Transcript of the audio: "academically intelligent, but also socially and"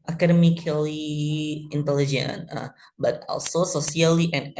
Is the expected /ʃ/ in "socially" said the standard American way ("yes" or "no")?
no